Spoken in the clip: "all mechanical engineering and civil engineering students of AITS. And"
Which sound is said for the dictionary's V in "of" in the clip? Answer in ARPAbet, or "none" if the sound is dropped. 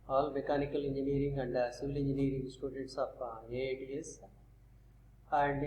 P